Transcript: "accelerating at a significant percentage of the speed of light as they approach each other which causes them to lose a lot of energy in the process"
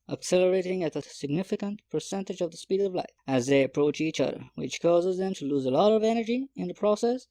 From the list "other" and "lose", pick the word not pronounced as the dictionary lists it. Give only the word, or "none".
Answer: none